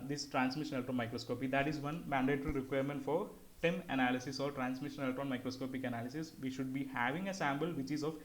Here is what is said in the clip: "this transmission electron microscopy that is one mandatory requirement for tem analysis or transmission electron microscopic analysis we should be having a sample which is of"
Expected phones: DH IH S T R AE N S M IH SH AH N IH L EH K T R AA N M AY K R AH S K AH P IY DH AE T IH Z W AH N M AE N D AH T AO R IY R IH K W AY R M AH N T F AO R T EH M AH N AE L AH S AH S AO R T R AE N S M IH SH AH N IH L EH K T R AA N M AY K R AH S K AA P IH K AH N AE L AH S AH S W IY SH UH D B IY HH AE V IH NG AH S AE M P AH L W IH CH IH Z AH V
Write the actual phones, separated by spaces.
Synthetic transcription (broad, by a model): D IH S T R AE N S M IH SH AH N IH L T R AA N M AY K R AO S K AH P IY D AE T IH Z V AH N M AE N D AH T R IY R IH K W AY R M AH N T F AO R T EH M AH N AE L AH S AH S AO R T R AE N S M IH SH AH N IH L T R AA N M AY K R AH S K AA P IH K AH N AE L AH S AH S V IY SH UH D B IY HH AE V IH NG AH S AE M B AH L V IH CH IH Z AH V